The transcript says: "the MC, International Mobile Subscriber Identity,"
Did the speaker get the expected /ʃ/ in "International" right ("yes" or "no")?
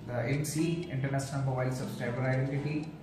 no